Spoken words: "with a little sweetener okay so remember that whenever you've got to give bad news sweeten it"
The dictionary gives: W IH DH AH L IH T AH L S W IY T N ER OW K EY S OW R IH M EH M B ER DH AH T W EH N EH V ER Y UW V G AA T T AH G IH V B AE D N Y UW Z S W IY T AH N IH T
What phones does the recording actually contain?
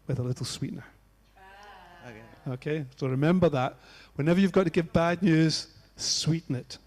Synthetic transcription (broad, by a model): W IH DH AH L IH T L S W IY T N ER OW K EY S OW R IH M EH M B ER DH AH T W EH N EH V ER Y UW V G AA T T AH G IH V B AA D N Y UW Z S W IY T N IH T